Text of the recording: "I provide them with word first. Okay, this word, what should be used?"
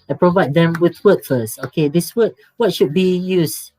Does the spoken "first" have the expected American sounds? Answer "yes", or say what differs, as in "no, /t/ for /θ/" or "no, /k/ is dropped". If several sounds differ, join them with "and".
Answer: no, /t/ is dropped